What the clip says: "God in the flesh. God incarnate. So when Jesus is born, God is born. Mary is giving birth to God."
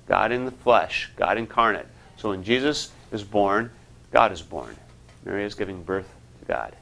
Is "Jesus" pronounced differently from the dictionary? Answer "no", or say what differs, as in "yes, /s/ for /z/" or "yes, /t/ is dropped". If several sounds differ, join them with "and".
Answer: no